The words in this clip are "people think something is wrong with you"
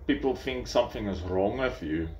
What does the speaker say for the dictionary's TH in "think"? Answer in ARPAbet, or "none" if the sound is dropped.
TH